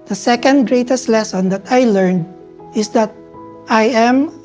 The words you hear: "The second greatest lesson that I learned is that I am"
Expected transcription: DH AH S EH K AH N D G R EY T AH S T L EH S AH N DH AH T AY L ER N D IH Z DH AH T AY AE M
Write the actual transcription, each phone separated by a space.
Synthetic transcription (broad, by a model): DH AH S EH K AH N D G R EY T AH S T L EH S AH N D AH T AY L ER N D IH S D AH T AY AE M